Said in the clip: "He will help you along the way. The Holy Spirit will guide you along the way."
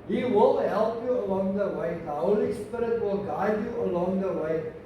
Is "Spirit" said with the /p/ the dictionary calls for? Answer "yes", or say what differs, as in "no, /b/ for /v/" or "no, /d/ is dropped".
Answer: yes